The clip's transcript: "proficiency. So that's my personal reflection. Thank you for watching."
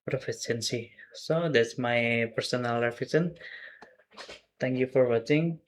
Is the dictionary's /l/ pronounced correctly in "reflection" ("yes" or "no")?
no